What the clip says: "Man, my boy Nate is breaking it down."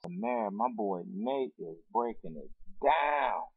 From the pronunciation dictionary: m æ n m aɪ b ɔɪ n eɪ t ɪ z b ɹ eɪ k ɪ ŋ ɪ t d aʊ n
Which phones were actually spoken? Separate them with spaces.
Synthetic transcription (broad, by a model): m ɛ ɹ m aɪ b ɔɪ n eɪ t ɪ z b ɹ eɪ k ɪ ŋ ɪ t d aʊ n